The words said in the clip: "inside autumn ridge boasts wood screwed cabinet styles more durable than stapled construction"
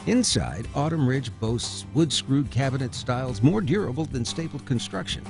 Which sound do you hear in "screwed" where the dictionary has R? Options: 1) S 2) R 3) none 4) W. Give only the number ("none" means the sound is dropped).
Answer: 2